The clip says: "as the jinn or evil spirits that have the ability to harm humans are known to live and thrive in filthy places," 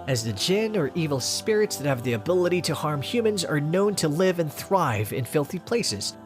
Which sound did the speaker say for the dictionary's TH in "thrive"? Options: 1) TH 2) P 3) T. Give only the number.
1